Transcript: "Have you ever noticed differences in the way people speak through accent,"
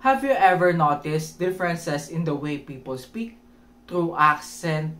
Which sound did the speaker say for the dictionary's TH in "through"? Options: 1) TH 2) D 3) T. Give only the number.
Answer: 3